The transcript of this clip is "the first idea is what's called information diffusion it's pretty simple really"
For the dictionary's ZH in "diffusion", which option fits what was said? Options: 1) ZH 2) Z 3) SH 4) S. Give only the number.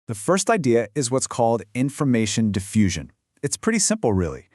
1